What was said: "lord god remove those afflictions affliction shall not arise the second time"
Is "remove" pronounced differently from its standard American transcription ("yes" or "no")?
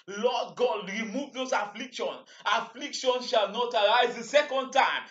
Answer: no